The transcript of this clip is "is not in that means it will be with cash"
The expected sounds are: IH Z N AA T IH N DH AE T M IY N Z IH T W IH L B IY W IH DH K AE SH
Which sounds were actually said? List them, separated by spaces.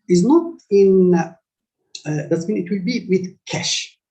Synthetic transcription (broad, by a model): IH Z N AA T IH N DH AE T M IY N IH T W IH L B IY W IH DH K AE SH